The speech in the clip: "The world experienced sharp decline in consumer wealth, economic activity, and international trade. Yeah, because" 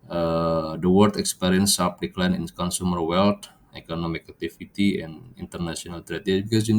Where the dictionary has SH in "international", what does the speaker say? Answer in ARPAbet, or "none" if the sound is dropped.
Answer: S